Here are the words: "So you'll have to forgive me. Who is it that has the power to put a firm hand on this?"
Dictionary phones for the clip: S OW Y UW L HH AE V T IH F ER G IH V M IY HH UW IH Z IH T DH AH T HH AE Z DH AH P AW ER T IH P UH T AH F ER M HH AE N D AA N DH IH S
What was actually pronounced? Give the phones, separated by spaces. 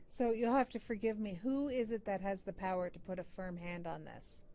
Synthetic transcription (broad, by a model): S OW Y UW L HH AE F T IH F ER G IH V M IY HH UW IH Z IH T DH AH T HH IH Z DH AH P AW ER T IH P UH T AH F ER M HH AE N D N DH IH S